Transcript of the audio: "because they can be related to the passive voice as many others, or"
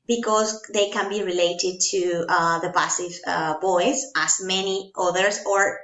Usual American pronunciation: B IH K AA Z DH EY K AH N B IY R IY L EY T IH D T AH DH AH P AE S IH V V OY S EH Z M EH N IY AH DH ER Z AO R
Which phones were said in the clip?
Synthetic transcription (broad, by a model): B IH K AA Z DH EY K AH N B IY R IY L EY T IH D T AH DH AH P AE S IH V B OY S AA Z M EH N IY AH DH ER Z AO R